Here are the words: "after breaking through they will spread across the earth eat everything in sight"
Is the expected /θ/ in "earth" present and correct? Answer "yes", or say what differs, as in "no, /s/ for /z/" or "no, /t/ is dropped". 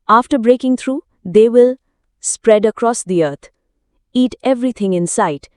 no, /t/ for /θ/